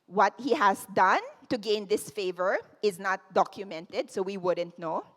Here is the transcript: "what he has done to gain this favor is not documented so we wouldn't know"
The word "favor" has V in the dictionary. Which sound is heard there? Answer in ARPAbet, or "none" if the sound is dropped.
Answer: V